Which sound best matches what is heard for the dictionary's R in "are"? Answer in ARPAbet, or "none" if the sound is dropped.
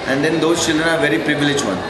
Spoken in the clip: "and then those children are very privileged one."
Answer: R